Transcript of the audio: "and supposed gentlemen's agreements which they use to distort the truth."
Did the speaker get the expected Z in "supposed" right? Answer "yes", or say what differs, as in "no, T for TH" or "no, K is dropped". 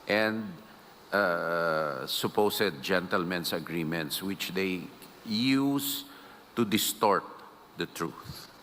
no, S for Z